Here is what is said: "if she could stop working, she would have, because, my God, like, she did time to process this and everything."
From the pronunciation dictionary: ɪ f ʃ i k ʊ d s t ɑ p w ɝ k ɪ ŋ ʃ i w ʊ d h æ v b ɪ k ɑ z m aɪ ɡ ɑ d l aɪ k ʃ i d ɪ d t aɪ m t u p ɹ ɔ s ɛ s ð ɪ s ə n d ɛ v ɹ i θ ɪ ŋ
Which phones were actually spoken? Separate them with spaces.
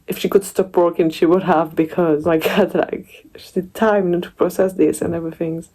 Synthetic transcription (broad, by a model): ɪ f ʃ i k ʊ d s t ɑ p w ɝ k ɪ ŋ ʃ i w ʊ d h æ v b ɪ k ɑ z m aɪ ɡ ɑ d l aɪ k ʃ i d ɪ d t aɪ m t u p ɹ ɔ s ɛ s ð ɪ s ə n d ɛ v ɹ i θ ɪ ŋ